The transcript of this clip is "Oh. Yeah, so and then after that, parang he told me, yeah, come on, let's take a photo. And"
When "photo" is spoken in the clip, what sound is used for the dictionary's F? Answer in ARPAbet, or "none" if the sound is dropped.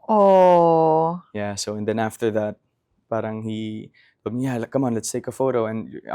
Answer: F